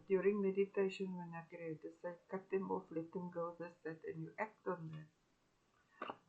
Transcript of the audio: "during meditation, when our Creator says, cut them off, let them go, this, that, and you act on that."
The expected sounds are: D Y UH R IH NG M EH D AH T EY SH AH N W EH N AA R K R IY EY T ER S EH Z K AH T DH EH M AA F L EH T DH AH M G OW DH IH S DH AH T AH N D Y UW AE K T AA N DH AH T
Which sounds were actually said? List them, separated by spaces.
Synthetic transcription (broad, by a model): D Y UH R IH NG M EH D AH T EY SH AH N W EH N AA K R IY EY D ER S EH K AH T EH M AA F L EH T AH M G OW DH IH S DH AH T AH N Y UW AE K T AA N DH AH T